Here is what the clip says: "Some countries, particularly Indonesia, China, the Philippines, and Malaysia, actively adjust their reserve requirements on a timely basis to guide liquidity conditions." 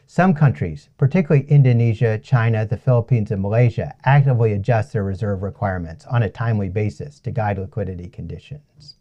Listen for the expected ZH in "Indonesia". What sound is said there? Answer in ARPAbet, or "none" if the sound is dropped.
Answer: ZH